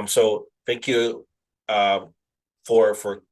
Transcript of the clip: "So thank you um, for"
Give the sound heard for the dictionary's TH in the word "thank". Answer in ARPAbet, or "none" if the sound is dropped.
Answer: TH